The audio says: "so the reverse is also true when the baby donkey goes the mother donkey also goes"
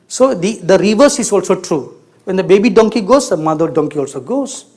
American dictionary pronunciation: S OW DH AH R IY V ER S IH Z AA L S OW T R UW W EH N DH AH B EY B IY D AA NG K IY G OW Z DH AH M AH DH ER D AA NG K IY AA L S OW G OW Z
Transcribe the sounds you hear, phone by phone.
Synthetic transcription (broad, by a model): S OW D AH R IY V ER S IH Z AA L S OW T R UW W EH N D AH B EY B IY D AA NG K IY G OW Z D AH M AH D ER D AA NG K IY AA L S OW G OW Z